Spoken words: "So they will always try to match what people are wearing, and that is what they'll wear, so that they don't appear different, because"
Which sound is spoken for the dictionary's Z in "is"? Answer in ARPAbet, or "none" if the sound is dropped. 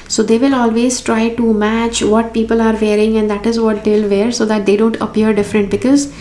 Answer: Z